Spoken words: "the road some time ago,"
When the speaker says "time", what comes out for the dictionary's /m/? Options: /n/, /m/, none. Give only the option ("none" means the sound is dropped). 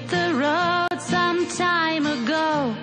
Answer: /m/